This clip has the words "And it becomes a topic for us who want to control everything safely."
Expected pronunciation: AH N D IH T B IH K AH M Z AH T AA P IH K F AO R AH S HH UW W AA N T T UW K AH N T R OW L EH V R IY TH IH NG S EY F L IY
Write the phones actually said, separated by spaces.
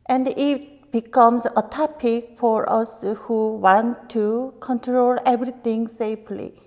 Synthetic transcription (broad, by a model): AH N D IH T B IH K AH M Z AH T AA P IH K F AO R AH S HH UW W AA N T T UW K AH N T R OW L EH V R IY T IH NG S EY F L IY